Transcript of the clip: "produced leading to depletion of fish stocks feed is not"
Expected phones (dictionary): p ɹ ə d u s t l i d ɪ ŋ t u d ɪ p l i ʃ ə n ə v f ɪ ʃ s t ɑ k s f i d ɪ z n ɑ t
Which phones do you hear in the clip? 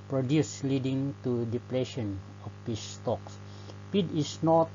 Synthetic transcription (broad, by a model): p ɹ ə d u s l i d ɪ ŋ t u d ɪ p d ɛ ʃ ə n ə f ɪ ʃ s t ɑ k s p i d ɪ s n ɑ t